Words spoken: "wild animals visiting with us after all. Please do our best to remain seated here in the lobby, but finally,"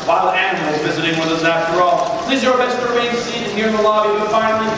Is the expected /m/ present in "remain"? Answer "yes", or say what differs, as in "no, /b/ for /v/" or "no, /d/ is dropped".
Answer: no, /m/ is dropped